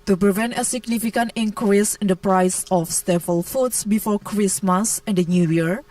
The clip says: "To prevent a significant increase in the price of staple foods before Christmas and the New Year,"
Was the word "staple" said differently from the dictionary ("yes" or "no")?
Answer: yes